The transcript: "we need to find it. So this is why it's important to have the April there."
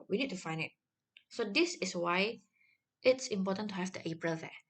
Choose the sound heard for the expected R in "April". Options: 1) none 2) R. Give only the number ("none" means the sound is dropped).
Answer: 2